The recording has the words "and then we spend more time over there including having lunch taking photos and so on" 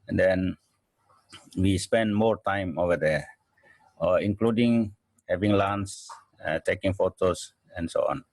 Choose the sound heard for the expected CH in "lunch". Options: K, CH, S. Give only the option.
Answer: S